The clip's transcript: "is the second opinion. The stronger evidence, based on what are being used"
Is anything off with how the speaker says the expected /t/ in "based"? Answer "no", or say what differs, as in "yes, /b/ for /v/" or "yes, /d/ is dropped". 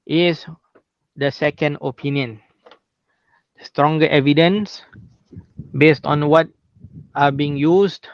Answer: no